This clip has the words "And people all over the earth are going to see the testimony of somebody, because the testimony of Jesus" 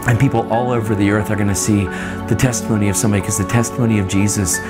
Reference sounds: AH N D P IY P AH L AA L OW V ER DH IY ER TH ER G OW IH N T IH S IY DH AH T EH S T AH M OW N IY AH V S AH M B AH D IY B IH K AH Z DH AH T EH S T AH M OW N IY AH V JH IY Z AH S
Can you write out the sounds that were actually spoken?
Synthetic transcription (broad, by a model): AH N P IY P L AA L OW V ER DH IY ER TH ER G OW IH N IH S IY DH AH T EH S T AH M OW N IY AH V S AH M B AH D IY K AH Z DH AH T EH S T AH M OW N IY AH V JH IY Z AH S